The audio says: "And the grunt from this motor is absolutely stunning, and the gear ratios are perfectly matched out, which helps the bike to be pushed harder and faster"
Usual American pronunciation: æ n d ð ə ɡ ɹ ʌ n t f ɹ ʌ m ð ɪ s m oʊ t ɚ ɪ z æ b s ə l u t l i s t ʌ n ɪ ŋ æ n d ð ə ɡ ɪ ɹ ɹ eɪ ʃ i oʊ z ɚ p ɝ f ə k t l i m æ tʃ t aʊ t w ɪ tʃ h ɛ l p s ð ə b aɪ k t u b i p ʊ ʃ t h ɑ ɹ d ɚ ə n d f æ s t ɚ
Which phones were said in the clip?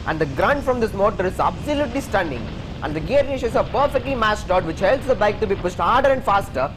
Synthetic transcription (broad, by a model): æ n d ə ɡ ɹ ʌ n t f ɹ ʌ m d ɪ s m oʊ t ɚ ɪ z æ b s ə l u t l i s t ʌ n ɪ ŋ æ n d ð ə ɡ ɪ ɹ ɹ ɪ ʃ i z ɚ p ɝ f ə k t l i m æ s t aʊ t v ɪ tʃ h ɛ l p s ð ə b aɪ k t u b i p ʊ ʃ t h ɑ ɹ d ɚ ə n d f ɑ s t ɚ